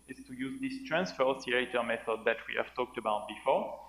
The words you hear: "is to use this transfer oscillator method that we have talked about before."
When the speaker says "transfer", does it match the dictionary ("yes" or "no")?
yes